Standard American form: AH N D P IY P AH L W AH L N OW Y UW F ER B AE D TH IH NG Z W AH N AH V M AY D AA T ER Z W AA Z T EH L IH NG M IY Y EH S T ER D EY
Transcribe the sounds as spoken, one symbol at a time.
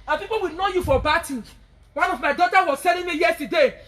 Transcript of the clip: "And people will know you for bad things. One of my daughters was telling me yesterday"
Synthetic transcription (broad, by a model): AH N P IY P AH L W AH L N OW Y UW F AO B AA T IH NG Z W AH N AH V M AY D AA T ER W AA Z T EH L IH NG M IY Y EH S T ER D EY